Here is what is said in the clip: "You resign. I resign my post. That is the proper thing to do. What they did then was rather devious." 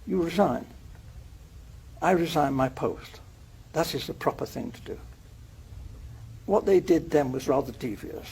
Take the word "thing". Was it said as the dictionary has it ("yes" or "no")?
yes